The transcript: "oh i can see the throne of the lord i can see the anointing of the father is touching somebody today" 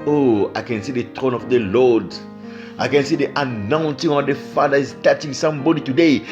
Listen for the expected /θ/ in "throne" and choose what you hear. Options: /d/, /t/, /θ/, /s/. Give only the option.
/t/